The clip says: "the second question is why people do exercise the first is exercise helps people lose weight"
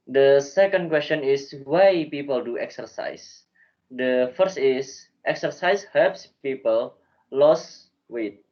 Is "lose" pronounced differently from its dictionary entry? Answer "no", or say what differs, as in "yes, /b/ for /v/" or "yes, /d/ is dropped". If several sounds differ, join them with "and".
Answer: yes, /s/ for /z/